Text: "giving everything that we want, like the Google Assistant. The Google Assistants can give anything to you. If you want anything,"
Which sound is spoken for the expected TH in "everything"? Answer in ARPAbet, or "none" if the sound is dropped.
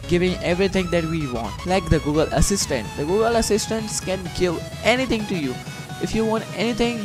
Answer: T